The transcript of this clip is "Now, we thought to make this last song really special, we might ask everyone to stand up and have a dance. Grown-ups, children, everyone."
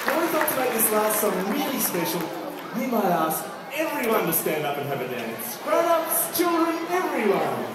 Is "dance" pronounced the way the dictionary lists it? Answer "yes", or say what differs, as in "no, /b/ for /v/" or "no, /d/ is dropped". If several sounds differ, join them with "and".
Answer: yes